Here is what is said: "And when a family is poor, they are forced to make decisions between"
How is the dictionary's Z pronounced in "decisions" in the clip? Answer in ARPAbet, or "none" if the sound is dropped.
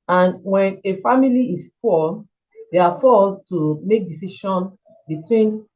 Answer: none